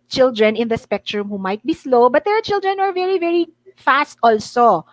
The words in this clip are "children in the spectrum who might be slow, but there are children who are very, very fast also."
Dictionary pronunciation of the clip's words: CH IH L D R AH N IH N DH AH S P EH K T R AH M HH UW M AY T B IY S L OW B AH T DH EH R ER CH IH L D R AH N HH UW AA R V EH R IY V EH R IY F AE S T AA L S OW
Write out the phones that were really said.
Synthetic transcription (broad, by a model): CH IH L D R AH N IH N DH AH S P EH K T R AH M HH UW M AY T B IY S L OW B AH T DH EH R CH IH L D R AH N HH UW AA R V EH R IY V EH R IY F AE S T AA L S OW